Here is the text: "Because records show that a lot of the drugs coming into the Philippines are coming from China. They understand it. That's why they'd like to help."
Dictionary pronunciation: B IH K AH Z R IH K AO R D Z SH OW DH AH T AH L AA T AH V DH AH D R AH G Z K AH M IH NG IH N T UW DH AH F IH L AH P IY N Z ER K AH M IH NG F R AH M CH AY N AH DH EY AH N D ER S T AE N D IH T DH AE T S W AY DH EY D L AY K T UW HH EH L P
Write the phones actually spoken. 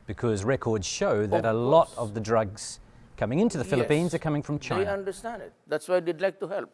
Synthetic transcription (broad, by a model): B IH K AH Z R IH K AO R D Z SH OW DH AH T AH L AA T AH V DH AH D R AH G Z K AH M IH NG IH N T UW DH AH F IH L AH P IY N Z ER K AH M IH NG F R AH M CH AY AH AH N D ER S T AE N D IH T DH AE T S W AY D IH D L AY K T UW HH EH L P